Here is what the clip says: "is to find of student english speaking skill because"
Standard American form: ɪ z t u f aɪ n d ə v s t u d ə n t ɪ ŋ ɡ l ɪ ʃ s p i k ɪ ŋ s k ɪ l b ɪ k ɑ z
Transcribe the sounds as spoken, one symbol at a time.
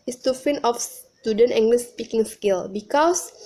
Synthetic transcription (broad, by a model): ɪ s t u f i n ə f s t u d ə n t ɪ ŋ ɡ l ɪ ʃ s p i k ɪ ŋ s k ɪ l b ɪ k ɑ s